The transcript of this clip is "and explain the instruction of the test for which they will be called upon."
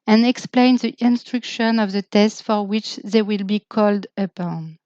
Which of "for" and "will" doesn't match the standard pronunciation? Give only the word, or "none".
none